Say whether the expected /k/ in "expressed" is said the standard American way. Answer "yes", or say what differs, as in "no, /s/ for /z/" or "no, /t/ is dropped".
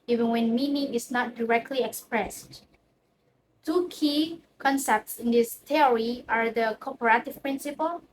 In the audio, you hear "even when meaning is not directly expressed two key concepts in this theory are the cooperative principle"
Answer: yes